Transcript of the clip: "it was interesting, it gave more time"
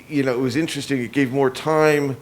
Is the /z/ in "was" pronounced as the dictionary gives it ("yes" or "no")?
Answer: yes